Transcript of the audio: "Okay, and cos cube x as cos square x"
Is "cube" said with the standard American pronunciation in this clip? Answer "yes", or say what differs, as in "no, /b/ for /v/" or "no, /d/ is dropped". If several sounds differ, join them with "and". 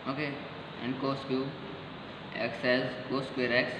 no, /b/ is dropped